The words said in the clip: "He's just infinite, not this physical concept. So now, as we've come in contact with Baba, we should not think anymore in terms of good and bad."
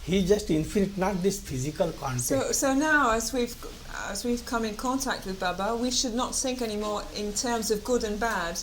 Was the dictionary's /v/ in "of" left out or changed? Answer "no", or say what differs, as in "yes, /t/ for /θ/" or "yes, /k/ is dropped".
no